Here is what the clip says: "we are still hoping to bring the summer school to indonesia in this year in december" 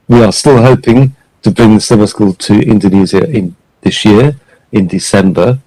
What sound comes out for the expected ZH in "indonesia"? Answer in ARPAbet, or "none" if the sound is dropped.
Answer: Z